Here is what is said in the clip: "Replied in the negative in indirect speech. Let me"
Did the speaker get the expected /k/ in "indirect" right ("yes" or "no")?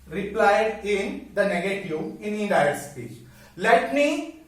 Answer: no